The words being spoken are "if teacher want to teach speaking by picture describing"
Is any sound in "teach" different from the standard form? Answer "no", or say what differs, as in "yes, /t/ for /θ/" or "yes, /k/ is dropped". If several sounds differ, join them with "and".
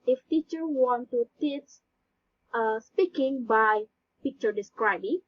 yes, /s/ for /tʃ/